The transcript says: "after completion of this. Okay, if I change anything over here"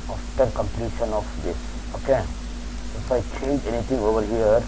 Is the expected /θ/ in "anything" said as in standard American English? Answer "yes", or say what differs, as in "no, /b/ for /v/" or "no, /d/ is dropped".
no, /t/ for /θ/